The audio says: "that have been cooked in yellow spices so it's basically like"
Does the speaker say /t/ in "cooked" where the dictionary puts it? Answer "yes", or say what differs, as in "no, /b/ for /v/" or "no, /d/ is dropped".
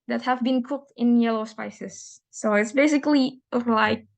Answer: yes